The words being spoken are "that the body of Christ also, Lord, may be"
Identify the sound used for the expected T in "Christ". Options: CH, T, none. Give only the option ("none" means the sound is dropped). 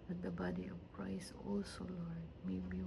none